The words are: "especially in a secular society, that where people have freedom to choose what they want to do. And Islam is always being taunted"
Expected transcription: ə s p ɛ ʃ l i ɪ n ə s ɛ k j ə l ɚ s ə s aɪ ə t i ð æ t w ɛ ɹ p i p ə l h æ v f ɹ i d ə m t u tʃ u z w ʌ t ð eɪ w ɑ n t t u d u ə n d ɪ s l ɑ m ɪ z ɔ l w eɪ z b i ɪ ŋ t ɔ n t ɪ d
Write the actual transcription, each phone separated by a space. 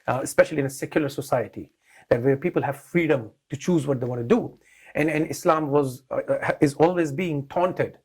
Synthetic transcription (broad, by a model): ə s p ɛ ʃ l i ɪ n ə s ɛ k j ə l ɚ s ə s aɪ ə t i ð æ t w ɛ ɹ p i p ə l h æ v f ɹ i d ə m t u tʃ u z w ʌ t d eɪ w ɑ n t t u d u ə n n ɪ s l ɑ m ɪ z ɔ l w eɪ z b i ɪ ŋ t ɔ n t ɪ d